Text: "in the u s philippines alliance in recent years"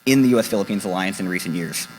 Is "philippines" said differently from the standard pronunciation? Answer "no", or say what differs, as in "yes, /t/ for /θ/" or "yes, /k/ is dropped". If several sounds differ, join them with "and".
no